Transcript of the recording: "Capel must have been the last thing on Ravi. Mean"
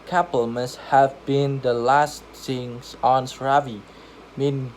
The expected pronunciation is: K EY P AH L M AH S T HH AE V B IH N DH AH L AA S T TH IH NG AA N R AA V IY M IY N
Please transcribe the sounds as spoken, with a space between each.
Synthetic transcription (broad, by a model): K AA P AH L M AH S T HH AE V B IH N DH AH L AA S T S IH NG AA N R AA V IY M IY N